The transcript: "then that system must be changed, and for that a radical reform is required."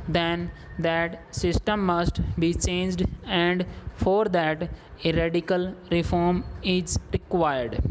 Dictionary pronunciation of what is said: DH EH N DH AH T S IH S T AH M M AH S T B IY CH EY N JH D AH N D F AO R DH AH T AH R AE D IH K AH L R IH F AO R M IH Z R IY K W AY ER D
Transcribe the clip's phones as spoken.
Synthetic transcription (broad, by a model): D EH N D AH T S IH S T AH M M AH S T B IY CH EY N JH D AH N D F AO R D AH T AH R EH D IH K AH L R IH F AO R M IH Z R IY K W AY ER D